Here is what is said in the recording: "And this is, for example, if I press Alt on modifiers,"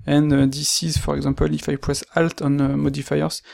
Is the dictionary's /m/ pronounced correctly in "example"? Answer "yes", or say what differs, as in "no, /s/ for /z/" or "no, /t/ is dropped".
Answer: no, /m/ is dropped